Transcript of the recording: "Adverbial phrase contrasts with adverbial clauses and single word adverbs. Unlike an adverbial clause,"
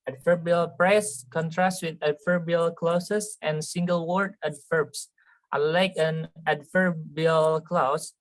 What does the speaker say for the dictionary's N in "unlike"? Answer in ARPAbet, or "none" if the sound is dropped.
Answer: none